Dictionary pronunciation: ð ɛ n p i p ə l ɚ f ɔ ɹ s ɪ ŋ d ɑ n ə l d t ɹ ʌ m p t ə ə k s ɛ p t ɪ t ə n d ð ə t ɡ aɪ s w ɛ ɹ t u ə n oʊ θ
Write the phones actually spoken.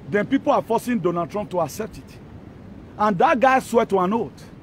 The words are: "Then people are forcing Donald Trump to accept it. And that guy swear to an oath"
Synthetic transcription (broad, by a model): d ɛ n p i p ə l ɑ f ɔ s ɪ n d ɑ n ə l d t ɹ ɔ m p t ə ə k s ɛ p t ɪ t ə n d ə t ɡ aɪ s w ɛ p t u ə n oʊ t